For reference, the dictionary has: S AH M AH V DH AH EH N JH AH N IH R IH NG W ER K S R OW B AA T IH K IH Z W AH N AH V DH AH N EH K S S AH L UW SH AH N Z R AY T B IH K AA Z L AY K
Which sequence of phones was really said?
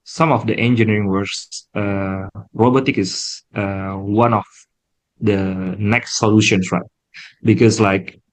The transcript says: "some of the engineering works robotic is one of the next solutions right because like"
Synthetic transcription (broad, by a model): S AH M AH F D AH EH N JH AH N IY R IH NG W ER S R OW B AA T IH K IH S W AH N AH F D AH N EH K S S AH L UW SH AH N S R AY T B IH K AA S L AY K